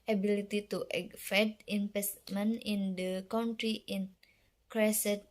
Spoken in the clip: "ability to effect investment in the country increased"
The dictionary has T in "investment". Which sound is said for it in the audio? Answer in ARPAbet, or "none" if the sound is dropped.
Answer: none